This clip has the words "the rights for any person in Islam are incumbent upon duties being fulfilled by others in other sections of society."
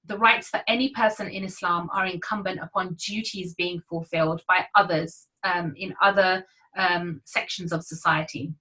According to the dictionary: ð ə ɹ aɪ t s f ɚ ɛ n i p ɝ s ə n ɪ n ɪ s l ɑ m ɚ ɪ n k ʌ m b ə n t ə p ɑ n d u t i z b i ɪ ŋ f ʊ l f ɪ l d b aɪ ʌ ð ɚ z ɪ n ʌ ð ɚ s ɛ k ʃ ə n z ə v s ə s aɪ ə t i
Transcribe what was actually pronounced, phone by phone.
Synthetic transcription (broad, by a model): ð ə ɹ aɪ t s f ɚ ɛ n i p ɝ s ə n ɪ n ɪ s l ɑ m ɚ ɪ n k ʌ m b ə n t ə p ɑ n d u t i z b i ɪ ŋ f ʊ l f ɪ l d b aɪ ʌ ð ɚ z ɪ n ʌ ð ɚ s ɛ k ʃ ə n z ə v s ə s aɪ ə t i